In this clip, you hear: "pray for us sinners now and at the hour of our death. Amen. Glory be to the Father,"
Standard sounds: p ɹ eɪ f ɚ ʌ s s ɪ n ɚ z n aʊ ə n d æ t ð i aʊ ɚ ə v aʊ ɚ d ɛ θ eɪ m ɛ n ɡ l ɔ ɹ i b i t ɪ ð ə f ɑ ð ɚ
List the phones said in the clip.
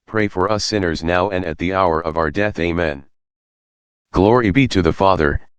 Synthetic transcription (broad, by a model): p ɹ eɪ f ɚ ʌ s s ɪ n ɚ z n aʊ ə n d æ t ð i aʊ ɚ ə v aʊ ɚ d ɛ θ eɪ m ɛ n ɡ l ɔ ɹ i b i t ɪ ð ə f ɑ ð ɚ